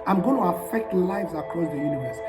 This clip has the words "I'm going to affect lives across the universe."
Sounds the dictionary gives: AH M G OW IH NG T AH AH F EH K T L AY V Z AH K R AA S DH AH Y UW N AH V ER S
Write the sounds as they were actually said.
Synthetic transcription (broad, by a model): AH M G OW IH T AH AH F EH K T L AY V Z AH K R AA S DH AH Y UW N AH V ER S